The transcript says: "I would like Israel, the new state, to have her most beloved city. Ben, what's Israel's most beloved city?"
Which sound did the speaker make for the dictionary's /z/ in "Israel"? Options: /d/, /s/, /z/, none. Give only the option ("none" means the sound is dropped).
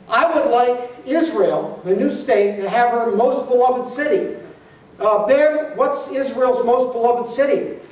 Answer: /z/